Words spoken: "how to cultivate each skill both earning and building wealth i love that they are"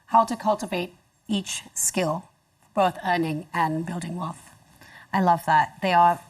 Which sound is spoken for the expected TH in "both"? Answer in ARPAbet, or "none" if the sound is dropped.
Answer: TH